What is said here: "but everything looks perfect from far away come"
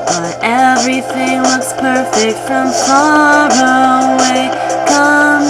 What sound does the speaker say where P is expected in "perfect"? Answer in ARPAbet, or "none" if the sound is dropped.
P